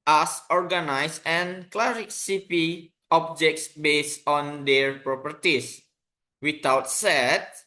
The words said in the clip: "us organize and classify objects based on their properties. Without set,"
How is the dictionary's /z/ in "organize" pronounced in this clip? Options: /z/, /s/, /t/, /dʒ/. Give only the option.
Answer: /s/